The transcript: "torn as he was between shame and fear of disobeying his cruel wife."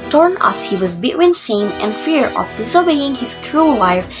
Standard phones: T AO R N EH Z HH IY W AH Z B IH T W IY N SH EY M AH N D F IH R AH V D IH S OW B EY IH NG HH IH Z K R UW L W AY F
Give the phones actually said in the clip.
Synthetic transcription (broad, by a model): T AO R N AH S HH IY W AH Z B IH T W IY N S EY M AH N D F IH R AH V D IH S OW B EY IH NG HH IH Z K R UW L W AY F